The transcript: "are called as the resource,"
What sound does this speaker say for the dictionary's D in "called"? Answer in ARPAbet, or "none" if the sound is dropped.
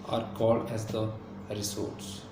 D